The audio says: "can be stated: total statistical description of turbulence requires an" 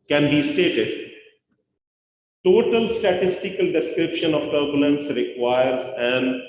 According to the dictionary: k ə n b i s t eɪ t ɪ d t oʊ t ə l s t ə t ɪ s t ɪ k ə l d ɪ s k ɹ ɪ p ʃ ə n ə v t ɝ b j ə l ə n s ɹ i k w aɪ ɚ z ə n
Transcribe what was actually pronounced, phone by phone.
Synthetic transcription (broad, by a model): k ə n b i s t eɪ t ɪ d t oʊ t ə l s t ə t ɪ s t ɪ k ə l d ɪ s k ɹ ɪ p ʃ ə n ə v t ɝ b j ə l ə n s ɹ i k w aɪ ɚ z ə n